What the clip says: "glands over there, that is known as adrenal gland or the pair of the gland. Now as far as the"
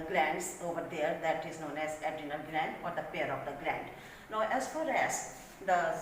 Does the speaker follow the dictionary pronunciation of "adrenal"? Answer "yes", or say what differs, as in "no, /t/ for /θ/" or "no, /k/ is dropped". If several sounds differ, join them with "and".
no, /ɹ/ is dropped